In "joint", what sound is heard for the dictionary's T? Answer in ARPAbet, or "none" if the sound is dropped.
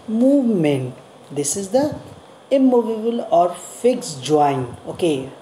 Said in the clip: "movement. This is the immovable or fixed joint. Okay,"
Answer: none